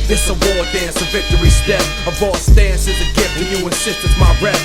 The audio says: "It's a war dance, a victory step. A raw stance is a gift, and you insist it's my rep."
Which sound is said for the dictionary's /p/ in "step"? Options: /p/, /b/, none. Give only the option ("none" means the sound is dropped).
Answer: none